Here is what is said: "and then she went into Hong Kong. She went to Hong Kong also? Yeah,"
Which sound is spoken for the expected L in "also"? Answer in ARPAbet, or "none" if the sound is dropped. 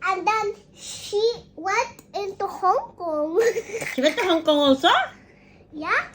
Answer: none